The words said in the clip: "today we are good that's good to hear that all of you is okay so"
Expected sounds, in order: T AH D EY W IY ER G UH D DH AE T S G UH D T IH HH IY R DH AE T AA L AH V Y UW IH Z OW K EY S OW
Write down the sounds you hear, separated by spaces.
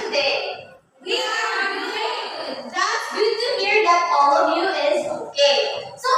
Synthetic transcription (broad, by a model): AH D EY W IY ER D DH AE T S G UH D T IH HH IY R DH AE T AA L AH V Y UW IH Z OW K EY S OW